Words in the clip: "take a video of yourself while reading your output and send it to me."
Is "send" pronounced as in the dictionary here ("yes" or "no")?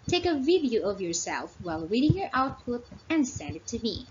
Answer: yes